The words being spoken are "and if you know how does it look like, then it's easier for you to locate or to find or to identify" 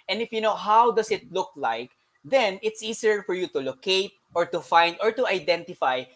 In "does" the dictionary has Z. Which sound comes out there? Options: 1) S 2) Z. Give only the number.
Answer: 1